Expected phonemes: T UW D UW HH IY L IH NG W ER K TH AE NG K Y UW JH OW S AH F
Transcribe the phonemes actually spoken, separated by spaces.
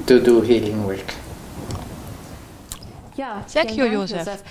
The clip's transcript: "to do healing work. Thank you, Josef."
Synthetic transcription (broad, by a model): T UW D UW HH IY L IH NG W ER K S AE K Y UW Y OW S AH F